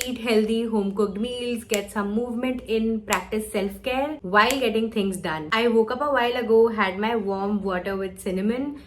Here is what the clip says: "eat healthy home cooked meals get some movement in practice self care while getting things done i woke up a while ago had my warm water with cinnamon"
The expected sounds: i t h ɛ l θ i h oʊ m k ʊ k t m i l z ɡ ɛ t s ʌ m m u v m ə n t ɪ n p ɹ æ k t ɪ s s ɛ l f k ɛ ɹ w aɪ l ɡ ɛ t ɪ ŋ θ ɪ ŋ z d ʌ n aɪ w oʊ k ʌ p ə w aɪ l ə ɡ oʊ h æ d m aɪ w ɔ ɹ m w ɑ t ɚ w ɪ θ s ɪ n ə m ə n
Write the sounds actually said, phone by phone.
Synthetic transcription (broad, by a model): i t h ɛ l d i h oʊ m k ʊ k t m i l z ɡ ɛ t s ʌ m m u v m ə n t ɪ n p ɹ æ k t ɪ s s ɛ l f k ɛ ɹ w aɪ l ɡ ɛ t ɪ ŋ t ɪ ŋ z d ʌ n aɪ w oʊ k ʌ p ə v aɪ l ə ɡ oʊ h æ d m aɪ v ɔ ɹ m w ɑ t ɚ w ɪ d s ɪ n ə m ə n